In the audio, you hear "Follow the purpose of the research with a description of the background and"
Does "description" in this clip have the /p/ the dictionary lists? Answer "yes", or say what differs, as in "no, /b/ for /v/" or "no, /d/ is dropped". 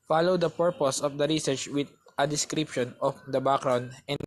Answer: yes